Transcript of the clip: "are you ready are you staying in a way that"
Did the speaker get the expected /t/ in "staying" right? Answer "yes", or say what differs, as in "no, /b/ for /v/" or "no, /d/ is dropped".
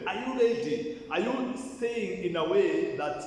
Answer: no, /s/ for /t/